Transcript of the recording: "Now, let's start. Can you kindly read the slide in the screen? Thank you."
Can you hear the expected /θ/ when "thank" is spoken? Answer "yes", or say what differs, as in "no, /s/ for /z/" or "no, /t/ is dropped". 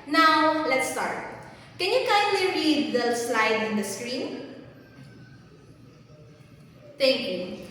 no, /t/ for /θ/